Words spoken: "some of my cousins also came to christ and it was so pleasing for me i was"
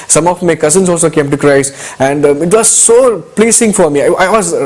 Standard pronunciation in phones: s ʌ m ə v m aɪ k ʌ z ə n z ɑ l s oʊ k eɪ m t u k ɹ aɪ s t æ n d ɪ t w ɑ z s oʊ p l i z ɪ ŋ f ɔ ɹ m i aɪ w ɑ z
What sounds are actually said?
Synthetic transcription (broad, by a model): s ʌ m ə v m aɪ k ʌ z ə n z ɑ l s oʊ k eɪ m t u k ɹ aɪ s æ n d ɪ t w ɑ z s oʊ p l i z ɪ ŋ f ɔ ɹ m i aɪ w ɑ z